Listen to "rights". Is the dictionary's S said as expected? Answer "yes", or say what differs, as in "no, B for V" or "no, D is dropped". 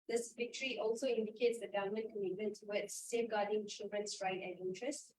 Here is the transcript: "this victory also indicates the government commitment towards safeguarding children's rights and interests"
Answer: no, S is dropped